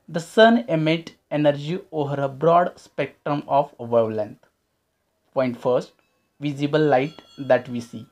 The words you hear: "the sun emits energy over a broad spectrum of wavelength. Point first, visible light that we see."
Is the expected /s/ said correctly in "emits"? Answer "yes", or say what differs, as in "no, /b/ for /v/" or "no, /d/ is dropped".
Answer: no, /s/ is dropped